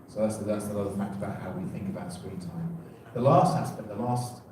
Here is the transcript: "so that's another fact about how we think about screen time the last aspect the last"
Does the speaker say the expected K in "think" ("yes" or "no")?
yes